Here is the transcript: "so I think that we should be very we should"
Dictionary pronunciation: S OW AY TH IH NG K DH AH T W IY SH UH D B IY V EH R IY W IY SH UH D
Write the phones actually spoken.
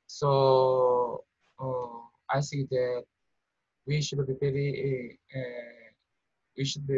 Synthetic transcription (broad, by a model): S OW AY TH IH NG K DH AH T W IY SH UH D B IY P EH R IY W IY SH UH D